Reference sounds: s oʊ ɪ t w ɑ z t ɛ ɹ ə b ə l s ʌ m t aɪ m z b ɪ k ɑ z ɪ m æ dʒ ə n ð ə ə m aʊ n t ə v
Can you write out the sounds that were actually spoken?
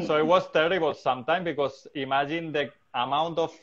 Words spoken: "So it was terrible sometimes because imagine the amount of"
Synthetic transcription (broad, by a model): s oʊ ɪ t w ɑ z t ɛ ɹ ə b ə l s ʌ m t aɪ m b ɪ k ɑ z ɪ m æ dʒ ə n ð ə ə m aʊ n t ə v